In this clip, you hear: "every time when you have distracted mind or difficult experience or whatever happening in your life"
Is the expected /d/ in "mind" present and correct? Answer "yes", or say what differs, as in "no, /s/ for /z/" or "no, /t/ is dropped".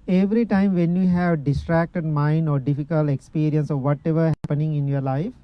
yes